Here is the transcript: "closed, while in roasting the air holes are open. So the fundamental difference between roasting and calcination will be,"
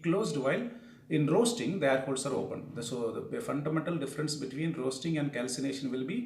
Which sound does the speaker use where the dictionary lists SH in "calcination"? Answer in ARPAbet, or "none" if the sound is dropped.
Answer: SH